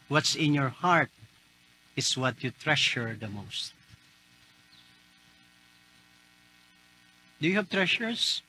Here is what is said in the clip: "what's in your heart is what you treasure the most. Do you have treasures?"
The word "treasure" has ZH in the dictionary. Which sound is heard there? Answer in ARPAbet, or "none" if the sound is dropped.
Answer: SH